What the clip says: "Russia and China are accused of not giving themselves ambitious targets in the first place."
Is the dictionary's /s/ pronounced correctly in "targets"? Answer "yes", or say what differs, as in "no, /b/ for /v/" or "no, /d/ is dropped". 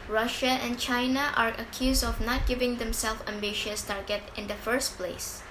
no, /s/ is dropped